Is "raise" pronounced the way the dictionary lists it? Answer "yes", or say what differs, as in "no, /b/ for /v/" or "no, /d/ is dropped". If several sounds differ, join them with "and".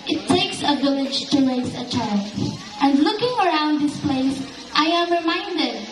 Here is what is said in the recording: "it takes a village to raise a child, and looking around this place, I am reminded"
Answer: no, /l/ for /ɹ/ and /s/ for /z/